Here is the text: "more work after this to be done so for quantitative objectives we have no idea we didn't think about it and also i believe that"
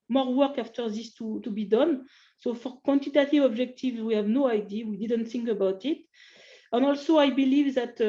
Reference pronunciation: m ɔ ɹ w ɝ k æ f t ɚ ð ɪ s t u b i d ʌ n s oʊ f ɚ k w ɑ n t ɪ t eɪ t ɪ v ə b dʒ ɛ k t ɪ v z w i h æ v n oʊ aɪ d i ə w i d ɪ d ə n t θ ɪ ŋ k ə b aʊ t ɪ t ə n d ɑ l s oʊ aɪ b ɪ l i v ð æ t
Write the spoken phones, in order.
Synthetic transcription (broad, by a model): m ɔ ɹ w ɝ k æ f t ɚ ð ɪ s t u b i d ʌ n s oʊ f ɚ k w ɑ n t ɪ t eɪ t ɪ v ə b dʒ ɛ k t ɪ v z w i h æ v n oʊ aɪ d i w i d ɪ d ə n t θ ɪ ŋ k ə b aʊ t ɪ t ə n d ɑ l s oʊ aɪ b ɪ l i v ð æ t